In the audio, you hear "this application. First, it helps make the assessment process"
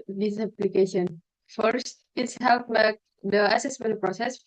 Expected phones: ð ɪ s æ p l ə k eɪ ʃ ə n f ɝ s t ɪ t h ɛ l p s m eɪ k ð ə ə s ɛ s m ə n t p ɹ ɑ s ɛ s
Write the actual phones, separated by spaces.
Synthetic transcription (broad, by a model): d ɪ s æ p l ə k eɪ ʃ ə n f ɝ s t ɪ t h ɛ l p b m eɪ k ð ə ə s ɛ s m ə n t p ɹ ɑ s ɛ s